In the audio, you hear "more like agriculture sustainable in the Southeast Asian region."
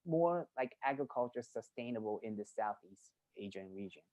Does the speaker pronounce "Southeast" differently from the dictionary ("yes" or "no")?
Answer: no